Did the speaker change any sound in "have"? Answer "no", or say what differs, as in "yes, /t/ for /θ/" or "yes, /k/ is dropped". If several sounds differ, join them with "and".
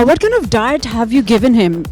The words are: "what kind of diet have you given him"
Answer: no